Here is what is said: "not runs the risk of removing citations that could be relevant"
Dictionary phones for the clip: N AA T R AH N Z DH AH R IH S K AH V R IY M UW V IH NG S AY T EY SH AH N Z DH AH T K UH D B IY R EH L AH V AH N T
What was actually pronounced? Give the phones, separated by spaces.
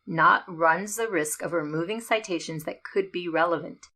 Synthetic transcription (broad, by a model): N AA T R AH N Z DH AH R IH S K AH V R IY M UW V IH NG S AY T EY SH AH N Z DH AH T K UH D B IY R EH L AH V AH N T